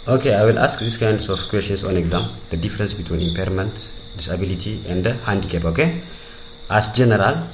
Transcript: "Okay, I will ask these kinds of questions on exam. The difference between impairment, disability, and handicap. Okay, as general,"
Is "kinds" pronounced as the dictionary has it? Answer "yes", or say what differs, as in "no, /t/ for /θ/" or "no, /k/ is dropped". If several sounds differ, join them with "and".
no, /s/ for /z/